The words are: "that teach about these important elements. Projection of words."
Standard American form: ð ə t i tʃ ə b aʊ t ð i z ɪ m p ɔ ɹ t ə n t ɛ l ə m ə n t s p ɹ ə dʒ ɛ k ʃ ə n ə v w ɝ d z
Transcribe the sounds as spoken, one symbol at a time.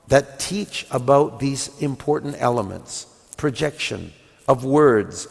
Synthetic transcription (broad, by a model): ð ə t i tʃ ə b aʊ t ð i z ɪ m p ɔ ɹ t n t ɛ l ə m ə n t s p ɹ ə dʒ ɛ k ʃ ə n ə v w ɝ d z